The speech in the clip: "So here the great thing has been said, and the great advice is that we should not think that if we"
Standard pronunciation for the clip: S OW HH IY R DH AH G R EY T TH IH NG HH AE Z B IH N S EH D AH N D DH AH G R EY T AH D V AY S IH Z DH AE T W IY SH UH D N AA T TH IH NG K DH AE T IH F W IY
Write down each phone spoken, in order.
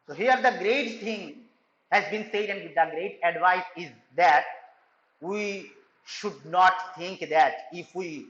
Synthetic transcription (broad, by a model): S OW HH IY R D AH G R EY T T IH NG HH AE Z B IH N S EH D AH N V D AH G R EY T AH D V AY S IH Z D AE T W IY SH UH D N AA T T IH NG K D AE T IH F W IY